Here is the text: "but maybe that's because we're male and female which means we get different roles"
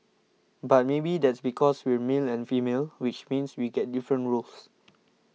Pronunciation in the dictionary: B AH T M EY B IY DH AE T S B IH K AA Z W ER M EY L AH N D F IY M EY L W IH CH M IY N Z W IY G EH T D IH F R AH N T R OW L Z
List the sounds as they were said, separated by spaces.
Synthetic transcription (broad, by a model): B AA T M EY B IY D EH T S B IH K AA S W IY M EY L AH N F IY M EY L W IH CH M IY N S W IY G EH T D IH F R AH N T R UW L S